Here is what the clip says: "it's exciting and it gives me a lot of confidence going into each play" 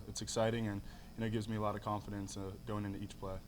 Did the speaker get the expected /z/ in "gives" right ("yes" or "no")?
yes